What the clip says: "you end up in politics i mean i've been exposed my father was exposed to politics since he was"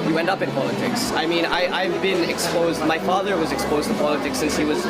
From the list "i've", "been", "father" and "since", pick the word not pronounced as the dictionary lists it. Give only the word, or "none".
none